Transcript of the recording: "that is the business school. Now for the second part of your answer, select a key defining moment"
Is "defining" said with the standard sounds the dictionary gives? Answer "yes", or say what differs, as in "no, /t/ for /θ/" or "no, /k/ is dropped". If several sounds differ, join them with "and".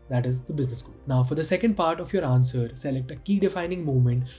yes